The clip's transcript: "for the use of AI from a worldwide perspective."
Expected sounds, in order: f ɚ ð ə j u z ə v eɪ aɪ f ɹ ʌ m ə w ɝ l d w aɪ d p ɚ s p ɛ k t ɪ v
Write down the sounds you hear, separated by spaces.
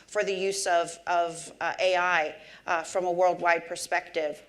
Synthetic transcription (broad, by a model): f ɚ ð ə j u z ə v eɪ aɪ f ɹ ʌ m ə w ɝ l d w aɪ d p ɚ s p ɛ k t ɪ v